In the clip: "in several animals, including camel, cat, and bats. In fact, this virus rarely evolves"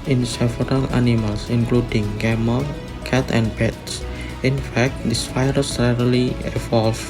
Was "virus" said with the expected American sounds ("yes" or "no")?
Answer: no